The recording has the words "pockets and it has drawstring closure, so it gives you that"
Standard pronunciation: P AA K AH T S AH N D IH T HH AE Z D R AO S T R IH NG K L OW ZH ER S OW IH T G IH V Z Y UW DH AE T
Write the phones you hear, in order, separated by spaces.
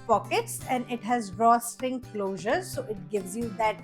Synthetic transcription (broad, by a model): P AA K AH T S AH N D IH T HH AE Z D R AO S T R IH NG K L OW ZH ER S OW IH T G IH V Z Y UW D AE T